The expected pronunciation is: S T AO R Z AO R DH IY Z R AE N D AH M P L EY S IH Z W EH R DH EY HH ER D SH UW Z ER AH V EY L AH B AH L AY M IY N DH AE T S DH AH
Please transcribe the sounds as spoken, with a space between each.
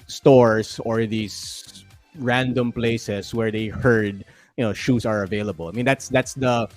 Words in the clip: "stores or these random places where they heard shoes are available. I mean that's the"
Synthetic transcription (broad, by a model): S T AO R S AO R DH IY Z R AE N D AH M P L EY S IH S W EH R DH EY HH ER D SH UW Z ER AH V EY L AH B AH L AY M IY N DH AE T S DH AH